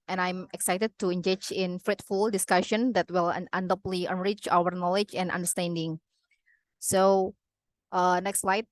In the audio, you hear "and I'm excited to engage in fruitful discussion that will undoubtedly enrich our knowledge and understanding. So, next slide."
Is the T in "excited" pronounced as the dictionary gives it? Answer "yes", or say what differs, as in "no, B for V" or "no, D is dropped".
yes